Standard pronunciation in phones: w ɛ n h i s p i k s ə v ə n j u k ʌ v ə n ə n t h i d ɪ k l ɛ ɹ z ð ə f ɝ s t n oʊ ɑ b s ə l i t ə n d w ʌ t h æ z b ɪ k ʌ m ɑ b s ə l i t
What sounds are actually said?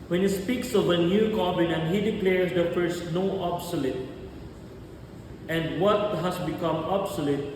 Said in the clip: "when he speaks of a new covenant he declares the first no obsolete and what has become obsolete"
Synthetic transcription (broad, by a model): w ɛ n h i s p i k s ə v ə n j u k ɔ b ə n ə n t h i d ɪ k l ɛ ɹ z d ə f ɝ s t n oʊ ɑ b s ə l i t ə n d w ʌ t h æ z b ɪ k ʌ m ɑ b s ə l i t